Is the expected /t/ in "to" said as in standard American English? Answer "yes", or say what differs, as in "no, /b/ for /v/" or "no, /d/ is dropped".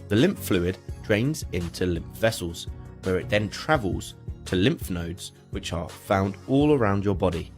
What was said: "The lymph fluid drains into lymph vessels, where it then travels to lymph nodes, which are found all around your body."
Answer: yes